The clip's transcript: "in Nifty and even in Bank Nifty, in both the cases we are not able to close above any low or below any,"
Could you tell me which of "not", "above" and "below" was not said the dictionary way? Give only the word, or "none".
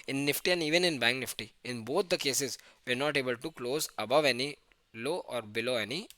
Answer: none